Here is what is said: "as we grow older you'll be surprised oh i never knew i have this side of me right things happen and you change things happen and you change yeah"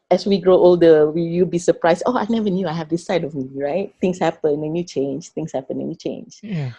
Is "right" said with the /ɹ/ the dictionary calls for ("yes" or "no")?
yes